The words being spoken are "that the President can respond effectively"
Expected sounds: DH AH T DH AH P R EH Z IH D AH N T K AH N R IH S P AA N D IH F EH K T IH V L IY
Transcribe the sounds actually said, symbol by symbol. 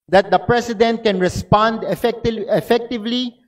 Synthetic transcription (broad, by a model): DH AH T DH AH P R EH S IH D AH N T K AH N R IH S P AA N D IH F EH K T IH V L IY